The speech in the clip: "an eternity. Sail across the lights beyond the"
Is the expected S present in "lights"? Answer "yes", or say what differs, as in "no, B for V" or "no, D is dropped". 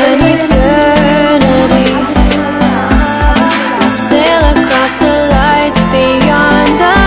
no, S is dropped